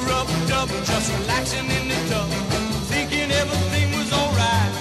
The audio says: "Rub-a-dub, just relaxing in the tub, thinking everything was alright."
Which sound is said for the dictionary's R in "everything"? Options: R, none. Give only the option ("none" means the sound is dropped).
none